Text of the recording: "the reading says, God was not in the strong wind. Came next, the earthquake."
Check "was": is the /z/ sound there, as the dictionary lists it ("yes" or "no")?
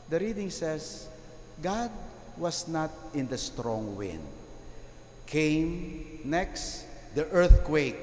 no